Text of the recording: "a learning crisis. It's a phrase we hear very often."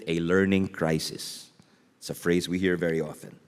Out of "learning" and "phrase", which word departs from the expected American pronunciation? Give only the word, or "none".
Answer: none